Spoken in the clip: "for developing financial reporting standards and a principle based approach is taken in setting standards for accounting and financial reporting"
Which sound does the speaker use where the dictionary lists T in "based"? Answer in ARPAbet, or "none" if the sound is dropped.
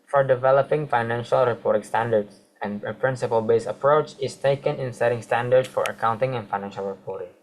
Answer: none